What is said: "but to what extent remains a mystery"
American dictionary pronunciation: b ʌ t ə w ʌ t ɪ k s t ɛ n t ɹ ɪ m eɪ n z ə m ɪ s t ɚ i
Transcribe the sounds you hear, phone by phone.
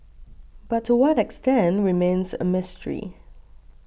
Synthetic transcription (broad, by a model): b ʌ t ə w ʌ t ɪ k s t ɛ n t ɹ ɪ m eɪ n z ə m ɪ s t ɚ i